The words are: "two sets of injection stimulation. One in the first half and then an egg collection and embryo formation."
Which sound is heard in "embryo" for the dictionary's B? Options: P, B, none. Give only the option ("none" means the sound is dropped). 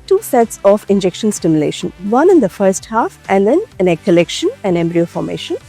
B